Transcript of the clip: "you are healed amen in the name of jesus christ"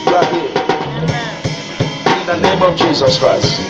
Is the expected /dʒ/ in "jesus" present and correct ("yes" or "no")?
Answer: yes